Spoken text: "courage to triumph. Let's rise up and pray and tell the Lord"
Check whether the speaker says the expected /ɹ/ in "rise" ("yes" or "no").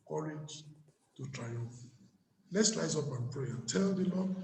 no